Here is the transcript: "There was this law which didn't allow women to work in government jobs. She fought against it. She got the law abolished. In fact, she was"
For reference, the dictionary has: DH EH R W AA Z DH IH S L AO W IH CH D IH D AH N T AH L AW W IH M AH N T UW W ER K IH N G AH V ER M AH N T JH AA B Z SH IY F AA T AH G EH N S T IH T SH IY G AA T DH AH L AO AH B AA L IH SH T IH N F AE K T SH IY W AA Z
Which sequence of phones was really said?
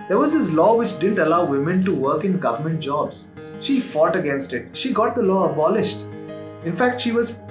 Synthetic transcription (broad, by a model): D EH R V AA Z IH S L AO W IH CH D IH D AH N T AH L AW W IH M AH N T UW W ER K IH N G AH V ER M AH N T JH AA B Z SH IY F AA T AH G EH N S T IH T SH IY G AA T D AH L AO AH B AA L IH SH T IH N F AE K T SH IY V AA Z